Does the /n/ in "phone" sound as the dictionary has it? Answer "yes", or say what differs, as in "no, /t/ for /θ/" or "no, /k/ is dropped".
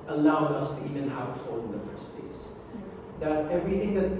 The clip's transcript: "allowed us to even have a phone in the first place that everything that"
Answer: no, /n/ is dropped